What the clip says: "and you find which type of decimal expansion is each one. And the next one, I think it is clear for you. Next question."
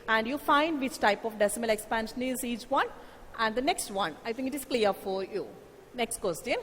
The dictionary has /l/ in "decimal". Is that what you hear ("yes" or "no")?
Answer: yes